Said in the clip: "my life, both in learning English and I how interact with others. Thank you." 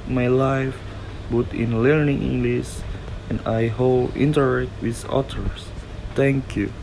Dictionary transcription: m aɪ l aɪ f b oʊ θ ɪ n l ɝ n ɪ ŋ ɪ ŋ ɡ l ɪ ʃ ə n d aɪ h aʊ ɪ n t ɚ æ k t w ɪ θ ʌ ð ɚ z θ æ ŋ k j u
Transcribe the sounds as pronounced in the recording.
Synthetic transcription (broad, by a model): m aɪ l aɪ f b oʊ t ɪ n l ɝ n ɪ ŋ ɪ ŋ ɡ l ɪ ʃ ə n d aɪ h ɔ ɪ n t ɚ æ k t w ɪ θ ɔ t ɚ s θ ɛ ŋ k j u